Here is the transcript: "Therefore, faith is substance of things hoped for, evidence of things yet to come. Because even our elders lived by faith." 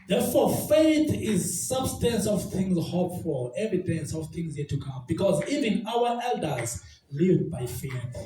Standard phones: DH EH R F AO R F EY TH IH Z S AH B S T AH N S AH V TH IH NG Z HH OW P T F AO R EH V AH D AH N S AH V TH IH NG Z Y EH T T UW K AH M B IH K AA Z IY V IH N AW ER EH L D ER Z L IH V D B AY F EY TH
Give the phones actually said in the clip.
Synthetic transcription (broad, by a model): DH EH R F AO F EY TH IH Z S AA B S T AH N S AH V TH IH NG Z HH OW P F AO L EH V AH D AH N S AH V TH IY NG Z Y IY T T UW K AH M B IH K AA Z IY V IH N AW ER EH L D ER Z L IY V B AY F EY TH